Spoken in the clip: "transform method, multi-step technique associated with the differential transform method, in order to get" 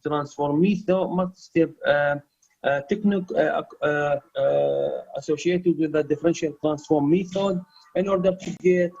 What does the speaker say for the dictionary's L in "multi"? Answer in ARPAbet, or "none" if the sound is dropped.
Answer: none